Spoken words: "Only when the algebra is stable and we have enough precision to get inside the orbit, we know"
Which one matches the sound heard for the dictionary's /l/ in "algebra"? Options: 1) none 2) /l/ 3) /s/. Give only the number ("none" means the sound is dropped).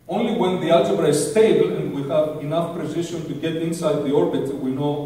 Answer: 1